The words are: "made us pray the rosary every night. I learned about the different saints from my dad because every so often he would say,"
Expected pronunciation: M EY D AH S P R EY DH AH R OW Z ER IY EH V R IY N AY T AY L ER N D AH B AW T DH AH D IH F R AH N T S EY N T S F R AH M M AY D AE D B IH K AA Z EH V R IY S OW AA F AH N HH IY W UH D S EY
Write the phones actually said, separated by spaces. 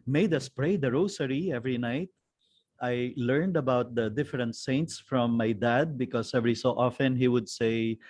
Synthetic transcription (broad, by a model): M EY D AH S P R EY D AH R OW S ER IY EH V R IY N AY T AY L ER N D AH B AW T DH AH D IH F R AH N T S EY N T S F R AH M M AY D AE D B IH K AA S EH V R IY S OW AA F AH N HH IY W UH D S EY